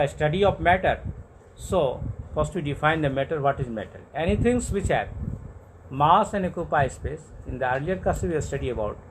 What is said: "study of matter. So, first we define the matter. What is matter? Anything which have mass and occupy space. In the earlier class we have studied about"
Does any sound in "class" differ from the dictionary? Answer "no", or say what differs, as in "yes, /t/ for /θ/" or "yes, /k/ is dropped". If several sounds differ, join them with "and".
yes, /l/ is dropped